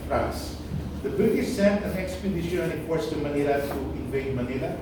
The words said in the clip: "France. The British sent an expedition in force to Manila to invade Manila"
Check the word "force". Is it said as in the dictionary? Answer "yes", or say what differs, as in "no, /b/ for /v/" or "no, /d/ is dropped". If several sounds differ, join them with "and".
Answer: no, /p/ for /f/